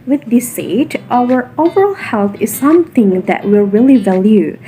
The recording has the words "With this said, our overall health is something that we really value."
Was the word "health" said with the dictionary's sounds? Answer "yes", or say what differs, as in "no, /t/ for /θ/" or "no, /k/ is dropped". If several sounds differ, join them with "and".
yes